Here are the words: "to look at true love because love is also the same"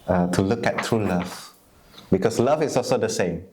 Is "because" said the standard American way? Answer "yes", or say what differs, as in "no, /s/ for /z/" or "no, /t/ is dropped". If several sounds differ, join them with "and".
no, /s/ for /z/